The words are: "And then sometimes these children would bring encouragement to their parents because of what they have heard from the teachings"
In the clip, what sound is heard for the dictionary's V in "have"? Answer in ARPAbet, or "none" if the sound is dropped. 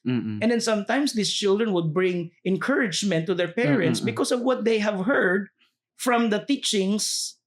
V